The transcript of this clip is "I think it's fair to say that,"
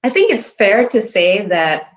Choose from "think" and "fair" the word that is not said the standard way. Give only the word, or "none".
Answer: none